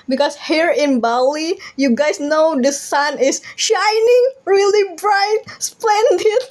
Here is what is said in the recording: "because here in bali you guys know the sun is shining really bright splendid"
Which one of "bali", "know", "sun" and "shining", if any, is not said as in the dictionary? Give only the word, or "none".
none